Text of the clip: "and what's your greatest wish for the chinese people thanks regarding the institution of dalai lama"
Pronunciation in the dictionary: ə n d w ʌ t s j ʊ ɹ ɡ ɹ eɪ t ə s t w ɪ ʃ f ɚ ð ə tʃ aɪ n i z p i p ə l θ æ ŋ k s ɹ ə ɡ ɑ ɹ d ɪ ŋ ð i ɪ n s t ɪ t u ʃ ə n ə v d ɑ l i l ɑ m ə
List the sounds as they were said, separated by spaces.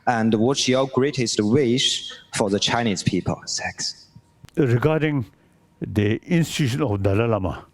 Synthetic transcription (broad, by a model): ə n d w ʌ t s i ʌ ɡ ɹ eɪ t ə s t w ɪ ʃ f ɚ ð ə tʃ aɪ n i z p i p ə l s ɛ k s ɹ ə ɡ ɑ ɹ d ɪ ŋ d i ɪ n s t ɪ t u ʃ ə n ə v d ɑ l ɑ l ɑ m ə